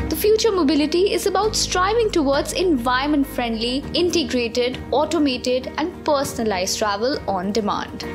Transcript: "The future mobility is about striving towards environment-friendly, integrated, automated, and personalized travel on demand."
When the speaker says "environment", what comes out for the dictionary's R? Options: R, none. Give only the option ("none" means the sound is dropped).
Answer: none